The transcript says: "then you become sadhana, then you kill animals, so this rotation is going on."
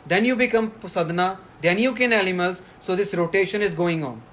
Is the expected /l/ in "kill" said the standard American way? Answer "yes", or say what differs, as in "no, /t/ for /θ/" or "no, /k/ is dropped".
no, /n/ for /l/